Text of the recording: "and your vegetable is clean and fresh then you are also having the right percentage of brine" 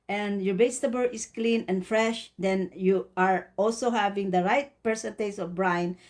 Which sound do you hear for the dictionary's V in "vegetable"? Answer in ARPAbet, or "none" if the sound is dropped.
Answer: B